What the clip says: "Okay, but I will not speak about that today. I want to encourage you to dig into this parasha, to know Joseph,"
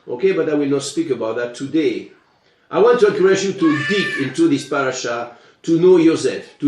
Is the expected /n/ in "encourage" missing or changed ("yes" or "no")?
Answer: yes